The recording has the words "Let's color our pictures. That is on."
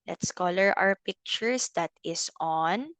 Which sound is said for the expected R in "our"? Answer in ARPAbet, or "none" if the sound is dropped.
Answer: W